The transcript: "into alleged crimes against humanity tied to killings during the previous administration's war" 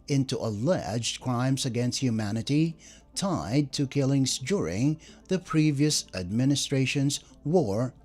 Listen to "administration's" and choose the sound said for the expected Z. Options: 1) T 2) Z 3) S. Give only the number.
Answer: 2